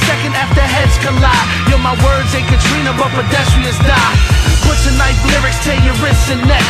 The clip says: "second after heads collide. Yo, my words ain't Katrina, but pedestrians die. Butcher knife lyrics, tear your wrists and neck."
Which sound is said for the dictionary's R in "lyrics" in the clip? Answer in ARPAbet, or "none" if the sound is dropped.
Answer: R